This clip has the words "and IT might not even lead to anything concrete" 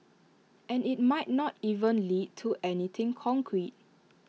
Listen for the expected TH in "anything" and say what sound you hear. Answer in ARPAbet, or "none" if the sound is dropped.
T